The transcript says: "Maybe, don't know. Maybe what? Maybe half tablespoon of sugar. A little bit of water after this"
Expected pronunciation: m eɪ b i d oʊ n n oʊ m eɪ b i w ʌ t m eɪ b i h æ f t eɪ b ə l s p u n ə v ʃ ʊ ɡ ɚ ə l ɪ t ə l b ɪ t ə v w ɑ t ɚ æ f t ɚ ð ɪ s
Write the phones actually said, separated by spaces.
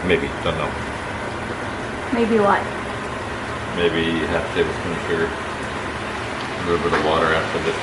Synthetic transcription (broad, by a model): m eɪ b i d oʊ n n oʊ m eɪ b i w ʌ t m eɪ b i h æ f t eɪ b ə s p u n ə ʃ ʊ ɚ ə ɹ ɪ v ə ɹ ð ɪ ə w ɑ t ɚ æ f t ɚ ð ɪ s